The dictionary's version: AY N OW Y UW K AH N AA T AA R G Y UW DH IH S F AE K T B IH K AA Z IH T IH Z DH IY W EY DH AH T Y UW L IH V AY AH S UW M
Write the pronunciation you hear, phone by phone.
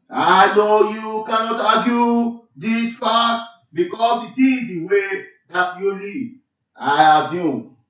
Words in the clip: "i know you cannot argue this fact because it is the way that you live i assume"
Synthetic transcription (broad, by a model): AY N OW Y UW K AH N AA T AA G Y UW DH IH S P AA T B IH K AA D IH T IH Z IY W EY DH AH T Y UW L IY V AY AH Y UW